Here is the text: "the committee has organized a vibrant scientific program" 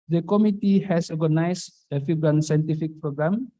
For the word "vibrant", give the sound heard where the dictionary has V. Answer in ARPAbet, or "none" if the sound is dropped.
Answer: F